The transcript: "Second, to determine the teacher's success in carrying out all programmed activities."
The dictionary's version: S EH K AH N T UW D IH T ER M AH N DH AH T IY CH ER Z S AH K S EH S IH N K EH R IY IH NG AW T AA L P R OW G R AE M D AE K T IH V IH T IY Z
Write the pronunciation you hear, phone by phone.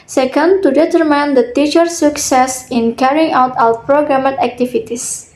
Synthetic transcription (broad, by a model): S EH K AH N T UW D IH T ER M AH N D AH T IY CH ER S AH K S EH S IH N K EH R IY IH NG AW T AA W P R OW G R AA M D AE K T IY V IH T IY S